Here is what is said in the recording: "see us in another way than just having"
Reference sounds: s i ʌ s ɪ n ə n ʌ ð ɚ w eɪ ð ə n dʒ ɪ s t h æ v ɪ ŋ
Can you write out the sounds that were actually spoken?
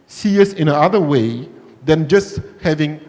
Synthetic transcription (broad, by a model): s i ʌ s ɪ n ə ɑ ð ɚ w eɪ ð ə n dʒ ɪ s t h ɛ v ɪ ŋ